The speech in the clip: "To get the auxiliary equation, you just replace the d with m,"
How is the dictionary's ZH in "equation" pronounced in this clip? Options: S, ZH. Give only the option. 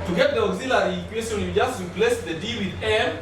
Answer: S